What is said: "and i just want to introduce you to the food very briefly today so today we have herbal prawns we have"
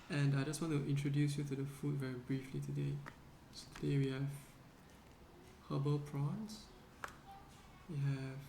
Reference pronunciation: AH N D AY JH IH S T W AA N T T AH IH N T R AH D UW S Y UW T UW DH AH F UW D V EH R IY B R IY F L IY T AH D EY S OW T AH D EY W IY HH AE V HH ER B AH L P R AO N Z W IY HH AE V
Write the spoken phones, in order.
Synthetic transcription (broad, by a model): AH N D AY JH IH S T W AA N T T AH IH N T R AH D UW S Y UW T UW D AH F UW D V EH R IY B R IY F L IY T AH D EY S OW T AH D EY W IY HH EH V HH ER B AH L P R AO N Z W IY HH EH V